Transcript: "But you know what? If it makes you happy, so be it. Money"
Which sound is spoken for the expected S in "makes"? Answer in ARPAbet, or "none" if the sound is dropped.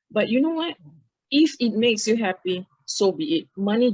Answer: S